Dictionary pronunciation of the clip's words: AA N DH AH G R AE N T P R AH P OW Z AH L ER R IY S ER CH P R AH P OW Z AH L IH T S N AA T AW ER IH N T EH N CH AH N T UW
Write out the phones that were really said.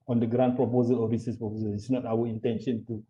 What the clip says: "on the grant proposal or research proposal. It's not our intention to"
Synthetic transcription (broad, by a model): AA N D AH G R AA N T P R AH P OW Z AH L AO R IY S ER S P R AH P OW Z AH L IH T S N AA T AW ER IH N T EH N SH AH N T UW